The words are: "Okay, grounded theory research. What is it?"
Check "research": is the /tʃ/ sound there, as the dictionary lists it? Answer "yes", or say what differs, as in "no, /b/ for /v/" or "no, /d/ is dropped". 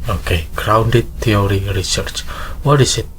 yes